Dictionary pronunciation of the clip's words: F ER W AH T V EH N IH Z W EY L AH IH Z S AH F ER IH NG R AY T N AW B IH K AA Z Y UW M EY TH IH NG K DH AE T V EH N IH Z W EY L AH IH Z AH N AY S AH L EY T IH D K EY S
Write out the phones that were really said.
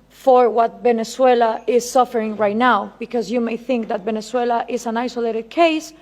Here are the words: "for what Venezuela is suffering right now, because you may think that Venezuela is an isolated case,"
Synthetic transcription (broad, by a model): F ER W AH T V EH N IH S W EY L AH IH Z S AH F ER IH NG R AY T N AW B IH K AA Z Y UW M EY TH IH NG K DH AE T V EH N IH S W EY L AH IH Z AH N AY S AH L EY T IH D K EY S